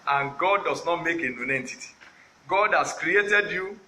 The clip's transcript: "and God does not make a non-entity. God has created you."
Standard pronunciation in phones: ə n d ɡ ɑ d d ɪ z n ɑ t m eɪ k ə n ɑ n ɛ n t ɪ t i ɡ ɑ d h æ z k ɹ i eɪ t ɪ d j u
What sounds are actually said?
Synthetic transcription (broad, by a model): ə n ɡ ɑ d d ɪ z n ɑ t m eɪ k ə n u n ɛ n t ɪ t i ɡ ɑ d h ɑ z k ɹ i eɪ t ɪ d j u